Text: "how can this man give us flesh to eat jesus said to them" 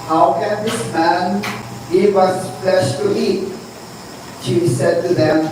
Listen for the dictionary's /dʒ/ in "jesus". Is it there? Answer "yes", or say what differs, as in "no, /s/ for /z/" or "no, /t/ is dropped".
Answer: no, /ʃ/ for /dʒ/